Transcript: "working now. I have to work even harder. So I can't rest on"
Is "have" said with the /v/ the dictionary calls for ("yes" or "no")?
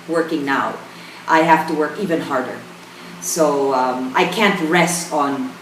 no